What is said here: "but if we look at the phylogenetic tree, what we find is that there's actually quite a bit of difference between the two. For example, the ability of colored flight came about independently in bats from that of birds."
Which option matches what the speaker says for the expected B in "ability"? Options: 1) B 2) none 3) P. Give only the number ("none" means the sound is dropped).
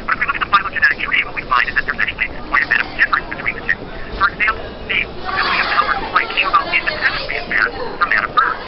2